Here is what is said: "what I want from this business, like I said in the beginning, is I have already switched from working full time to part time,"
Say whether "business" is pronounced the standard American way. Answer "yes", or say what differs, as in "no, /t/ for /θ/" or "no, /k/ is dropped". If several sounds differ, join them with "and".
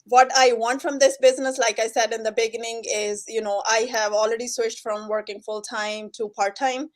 yes